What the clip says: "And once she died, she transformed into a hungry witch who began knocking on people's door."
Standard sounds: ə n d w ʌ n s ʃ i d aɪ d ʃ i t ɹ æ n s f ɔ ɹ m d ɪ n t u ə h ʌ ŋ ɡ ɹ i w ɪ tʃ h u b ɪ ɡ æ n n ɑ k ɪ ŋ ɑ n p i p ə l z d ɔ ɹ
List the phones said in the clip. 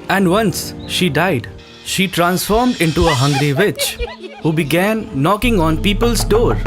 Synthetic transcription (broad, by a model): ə n d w ʌ n s ʃ i d aɪ d ʃ i t ɹ æ n s f ɔ ɹ m d ɪ n t u ə h ʌ ŋ ɡ ɹ i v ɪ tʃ h u b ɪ ɡ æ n n ɑ k ɪ ŋ ɑ n p i p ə l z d ɔ ɹ